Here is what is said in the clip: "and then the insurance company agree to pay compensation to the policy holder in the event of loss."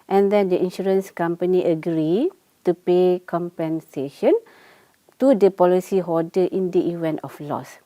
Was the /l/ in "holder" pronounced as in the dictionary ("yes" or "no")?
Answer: no